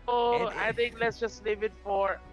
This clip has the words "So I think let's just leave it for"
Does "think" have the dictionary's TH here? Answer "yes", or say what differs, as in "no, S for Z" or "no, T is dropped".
no, T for TH